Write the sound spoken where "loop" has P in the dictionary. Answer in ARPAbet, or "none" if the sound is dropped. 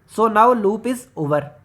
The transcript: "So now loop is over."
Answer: P